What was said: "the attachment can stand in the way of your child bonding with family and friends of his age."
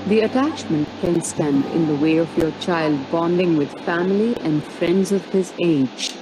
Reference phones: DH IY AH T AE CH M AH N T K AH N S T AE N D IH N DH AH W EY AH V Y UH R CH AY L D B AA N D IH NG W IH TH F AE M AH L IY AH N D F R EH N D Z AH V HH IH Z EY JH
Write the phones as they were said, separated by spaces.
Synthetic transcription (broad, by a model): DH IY AH T AE CH M AH N T K AH N S T AE N D IH N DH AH W EY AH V Y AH R CH AY L D B AA N D IH NG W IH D F AE M AH L IY AH N D F R EH N D Z AH V HH IH Z EY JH